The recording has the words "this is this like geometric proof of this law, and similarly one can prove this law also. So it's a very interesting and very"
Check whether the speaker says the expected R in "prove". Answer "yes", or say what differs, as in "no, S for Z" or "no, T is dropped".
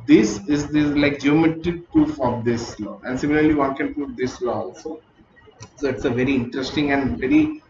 no, R is dropped